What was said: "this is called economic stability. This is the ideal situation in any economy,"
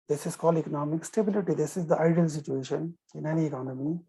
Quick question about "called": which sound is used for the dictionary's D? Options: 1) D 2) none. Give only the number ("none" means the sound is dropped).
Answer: 2